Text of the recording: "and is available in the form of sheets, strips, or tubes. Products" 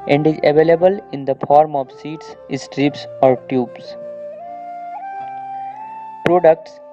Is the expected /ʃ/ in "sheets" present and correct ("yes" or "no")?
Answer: no